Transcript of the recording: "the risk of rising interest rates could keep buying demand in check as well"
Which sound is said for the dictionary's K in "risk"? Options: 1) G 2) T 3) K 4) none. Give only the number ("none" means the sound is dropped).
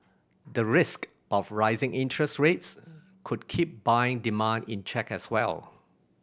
3